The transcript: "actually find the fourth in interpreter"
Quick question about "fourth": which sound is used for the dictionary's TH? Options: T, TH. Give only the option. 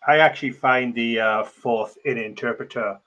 TH